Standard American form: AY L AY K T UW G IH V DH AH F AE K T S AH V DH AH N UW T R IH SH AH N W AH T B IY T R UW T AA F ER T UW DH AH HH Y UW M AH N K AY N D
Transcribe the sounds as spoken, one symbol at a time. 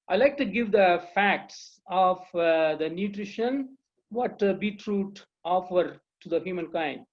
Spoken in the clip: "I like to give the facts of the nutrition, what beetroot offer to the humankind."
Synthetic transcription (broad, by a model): AY L AY K T UW G IH V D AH F AE K T S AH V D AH N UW T R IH SH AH N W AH T B IY T R UW T AA F ER T UW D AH HH Y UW M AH N K AY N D